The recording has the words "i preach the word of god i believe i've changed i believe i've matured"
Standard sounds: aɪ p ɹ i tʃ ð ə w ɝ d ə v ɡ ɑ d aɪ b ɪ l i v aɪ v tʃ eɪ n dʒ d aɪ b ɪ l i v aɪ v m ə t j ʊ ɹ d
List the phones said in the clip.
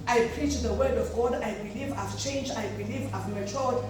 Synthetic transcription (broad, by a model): aɪ p ɹ i tʃ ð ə w ɝ d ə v ɡ ɑ d aɪ b ɪ l i v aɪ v tʃ eɪ n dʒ aɪ b ɪ l i v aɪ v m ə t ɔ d